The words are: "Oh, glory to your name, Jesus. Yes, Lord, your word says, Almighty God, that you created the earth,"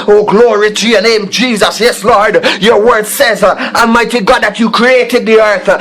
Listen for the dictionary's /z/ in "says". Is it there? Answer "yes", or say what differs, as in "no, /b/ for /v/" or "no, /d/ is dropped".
yes